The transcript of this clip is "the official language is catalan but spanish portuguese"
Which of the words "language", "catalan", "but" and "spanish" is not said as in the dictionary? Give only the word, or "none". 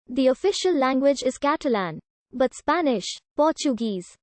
none